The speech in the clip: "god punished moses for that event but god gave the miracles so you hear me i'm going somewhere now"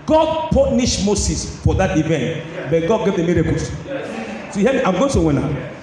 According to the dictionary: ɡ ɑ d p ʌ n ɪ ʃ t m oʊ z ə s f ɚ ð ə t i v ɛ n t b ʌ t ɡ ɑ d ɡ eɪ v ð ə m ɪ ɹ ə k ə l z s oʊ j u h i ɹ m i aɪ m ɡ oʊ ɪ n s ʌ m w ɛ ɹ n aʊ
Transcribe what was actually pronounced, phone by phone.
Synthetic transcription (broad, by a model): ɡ ɑ d p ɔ n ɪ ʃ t m oʊ s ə s f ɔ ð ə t i v ɛ n t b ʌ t ɡ ɑ d ɡ eɪ v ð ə m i ɹ k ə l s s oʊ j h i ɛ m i aɪ m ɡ oʊ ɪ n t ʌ w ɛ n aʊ